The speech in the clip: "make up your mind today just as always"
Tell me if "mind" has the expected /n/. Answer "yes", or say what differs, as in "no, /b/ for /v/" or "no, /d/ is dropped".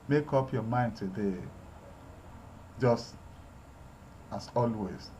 yes